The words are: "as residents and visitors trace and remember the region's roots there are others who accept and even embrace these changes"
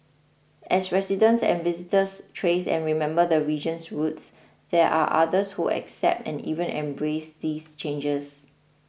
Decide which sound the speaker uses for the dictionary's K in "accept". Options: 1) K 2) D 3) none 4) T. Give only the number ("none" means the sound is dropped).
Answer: 1